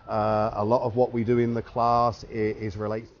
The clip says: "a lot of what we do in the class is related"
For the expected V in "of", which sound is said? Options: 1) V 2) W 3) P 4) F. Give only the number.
1